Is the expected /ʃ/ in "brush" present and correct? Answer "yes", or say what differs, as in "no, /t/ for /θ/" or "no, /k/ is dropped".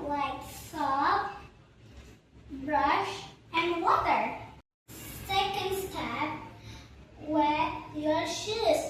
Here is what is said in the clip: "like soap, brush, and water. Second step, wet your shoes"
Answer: yes